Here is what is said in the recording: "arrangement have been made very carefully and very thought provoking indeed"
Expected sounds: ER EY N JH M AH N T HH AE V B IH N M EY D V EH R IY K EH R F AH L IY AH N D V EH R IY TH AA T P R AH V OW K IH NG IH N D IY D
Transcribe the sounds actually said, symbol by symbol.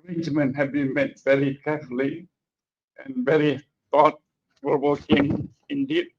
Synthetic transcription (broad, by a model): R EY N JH M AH N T HH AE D B IH N M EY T V EH R IY K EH F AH L IY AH N V EH R IY T AA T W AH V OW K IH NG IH N D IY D